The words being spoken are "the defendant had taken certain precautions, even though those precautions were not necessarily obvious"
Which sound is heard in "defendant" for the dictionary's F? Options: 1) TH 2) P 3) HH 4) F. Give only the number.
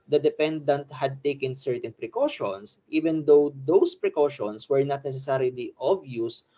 2